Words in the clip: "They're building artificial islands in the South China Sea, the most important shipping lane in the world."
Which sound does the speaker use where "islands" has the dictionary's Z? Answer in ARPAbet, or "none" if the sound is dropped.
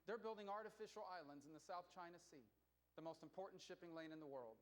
Z